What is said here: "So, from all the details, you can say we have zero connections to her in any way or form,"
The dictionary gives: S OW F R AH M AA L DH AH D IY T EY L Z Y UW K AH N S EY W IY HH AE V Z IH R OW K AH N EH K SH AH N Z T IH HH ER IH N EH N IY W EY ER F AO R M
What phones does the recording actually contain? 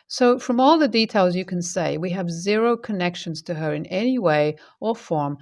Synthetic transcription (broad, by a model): S OW F R AH M AA L DH AH D IY T EY L Z Y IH K AH N S EY W IY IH V Z IH R OW K AH N EH K SH AH N Z T IH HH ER IH N EH N IY W EY ER F AO R M